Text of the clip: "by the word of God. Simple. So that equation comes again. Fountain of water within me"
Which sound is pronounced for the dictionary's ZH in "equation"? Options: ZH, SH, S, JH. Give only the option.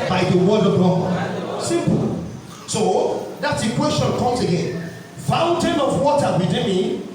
S